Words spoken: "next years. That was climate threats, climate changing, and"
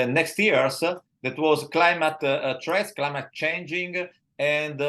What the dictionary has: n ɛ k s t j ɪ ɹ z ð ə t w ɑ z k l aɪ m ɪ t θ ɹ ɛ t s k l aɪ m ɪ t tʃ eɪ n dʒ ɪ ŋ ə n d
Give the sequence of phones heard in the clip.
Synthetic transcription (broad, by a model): n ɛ k s t j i ɹ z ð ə t w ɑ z k l aɪ m ɪ t t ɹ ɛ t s k l aɪ m ɪ t tʃ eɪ n dʒ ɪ ŋ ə n d